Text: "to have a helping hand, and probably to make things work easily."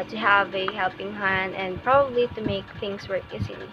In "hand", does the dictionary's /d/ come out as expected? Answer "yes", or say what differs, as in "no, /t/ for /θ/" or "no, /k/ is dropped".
no, /d/ is dropped